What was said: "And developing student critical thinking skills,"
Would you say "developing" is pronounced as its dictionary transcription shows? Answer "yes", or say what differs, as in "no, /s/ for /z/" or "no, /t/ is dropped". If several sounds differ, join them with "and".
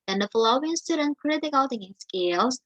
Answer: no, /f/ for /v/